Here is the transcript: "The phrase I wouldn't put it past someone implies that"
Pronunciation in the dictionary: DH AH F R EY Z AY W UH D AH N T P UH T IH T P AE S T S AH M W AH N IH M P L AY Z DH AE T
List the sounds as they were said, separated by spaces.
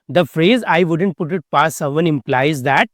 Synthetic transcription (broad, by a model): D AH F R EY Z AY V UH D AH N T P UH T IH T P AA T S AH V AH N IH M P L AY Z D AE T